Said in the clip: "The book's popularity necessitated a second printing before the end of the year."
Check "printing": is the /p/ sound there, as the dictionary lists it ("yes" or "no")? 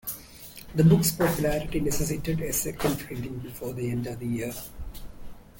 no